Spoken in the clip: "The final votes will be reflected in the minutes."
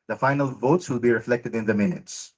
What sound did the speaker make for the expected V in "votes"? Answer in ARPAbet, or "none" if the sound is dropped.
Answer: V